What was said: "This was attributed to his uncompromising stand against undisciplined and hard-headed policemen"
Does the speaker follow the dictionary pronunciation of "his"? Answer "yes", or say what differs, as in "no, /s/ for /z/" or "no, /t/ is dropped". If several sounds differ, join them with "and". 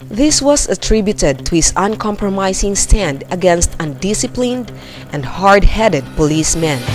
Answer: no, /s/ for /z/